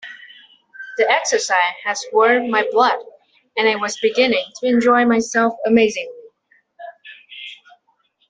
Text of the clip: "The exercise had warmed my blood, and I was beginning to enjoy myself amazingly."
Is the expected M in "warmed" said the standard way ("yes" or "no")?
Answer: no